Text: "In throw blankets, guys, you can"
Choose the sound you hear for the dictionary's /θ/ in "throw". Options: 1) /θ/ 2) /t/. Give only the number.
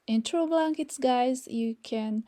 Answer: 2